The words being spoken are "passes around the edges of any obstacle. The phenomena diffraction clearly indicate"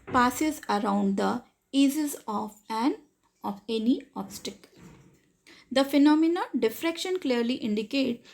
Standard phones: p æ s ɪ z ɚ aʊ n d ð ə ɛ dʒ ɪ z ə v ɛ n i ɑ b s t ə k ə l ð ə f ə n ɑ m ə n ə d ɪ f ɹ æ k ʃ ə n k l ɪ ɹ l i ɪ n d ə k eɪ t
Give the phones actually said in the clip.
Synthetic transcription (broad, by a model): p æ s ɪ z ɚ aʊ n d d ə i z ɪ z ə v ɛ n i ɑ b s t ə k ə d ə f ə n ɑ m ə n ə d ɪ f ɹ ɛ k ʃ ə n k l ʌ ɹ l i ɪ n d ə k eɪ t